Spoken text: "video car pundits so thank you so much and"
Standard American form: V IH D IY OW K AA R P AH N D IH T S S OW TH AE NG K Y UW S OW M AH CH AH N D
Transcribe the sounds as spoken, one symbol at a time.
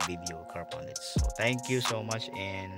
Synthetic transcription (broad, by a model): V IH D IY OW K AA R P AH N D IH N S S OW T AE NG K Y UW S OW M AH CH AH N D